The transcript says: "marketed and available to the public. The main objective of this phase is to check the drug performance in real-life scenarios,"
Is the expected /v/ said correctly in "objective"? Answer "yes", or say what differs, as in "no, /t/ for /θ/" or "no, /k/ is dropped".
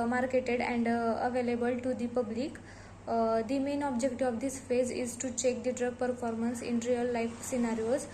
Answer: no, /v/ is dropped